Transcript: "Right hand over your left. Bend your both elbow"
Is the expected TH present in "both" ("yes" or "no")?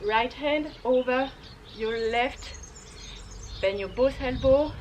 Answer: no